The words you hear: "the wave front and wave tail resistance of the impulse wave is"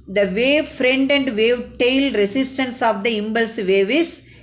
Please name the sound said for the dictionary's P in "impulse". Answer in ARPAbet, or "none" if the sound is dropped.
B